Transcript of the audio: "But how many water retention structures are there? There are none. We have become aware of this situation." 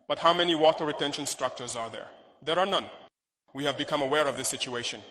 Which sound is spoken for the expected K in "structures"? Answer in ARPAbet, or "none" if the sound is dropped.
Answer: K